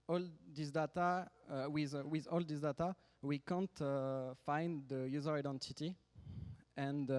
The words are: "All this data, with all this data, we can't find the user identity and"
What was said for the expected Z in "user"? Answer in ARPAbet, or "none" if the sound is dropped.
Z